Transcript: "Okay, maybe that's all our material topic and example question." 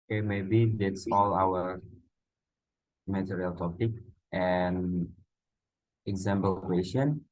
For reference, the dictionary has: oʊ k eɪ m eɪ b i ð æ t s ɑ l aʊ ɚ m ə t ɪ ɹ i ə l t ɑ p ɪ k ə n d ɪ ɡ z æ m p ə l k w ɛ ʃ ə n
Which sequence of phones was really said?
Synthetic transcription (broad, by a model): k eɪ m eɪ b i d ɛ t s ɑ l aʊ ɚ m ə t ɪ ɹ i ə l t ɑ p ɪ k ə n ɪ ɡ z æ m b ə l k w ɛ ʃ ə n